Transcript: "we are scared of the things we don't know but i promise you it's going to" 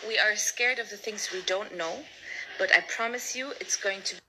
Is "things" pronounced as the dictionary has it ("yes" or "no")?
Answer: yes